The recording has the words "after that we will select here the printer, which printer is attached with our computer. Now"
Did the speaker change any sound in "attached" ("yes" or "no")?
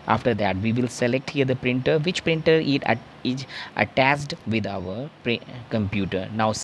yes